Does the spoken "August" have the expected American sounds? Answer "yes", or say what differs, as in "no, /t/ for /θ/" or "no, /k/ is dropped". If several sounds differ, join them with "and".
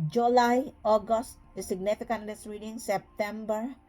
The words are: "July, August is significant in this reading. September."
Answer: yes